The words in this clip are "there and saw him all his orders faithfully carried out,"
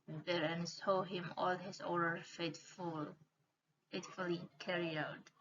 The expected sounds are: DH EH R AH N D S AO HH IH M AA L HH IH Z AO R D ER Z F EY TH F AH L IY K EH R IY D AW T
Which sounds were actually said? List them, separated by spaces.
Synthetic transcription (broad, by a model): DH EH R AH N S AO HH IH M AA L HH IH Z AO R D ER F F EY T F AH L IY K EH R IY AW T